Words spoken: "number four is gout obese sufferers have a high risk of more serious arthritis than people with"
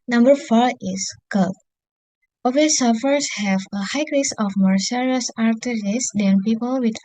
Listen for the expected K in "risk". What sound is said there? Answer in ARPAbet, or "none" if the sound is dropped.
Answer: none